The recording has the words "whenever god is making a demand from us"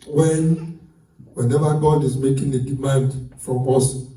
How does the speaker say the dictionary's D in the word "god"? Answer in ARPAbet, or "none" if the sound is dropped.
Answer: D